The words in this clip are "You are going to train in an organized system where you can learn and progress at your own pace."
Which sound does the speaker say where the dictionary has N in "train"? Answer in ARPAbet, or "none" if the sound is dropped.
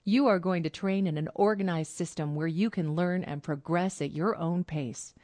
N